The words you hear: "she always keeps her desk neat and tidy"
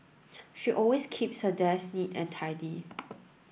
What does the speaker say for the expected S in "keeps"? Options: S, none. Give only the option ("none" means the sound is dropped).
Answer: S